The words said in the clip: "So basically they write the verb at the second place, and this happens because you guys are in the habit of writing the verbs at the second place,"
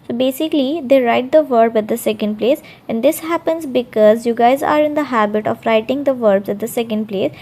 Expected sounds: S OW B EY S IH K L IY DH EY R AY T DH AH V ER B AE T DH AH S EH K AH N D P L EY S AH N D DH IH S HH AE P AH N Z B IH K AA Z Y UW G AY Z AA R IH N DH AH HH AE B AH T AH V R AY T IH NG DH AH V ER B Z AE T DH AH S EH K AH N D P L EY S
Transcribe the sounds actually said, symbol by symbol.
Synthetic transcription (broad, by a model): S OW B EY S IH K L IY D EY R AY T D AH V ER B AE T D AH S EH K AH N D P L EY S AH N D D IH S HH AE P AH N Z B IH K AA Z Y UW G AY Z AA R IH N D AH HH AE B AH T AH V R AY T IH NG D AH V ER B Z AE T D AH S EH K AH N D P L EY S